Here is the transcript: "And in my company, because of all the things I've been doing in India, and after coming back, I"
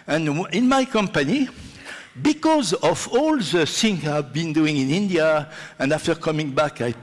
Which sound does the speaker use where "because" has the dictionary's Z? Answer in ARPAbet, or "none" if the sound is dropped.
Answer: Z